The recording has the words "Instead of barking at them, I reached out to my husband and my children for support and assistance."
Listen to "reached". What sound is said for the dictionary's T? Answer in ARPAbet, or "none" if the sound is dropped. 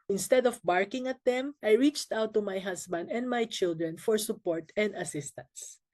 T